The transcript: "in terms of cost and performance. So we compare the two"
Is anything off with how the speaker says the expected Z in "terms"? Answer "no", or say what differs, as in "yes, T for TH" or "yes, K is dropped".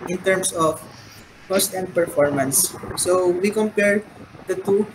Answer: yes, S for Z